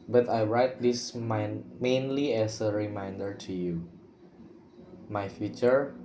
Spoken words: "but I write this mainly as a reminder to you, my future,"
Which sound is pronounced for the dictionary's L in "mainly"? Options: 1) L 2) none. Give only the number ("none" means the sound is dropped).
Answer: 1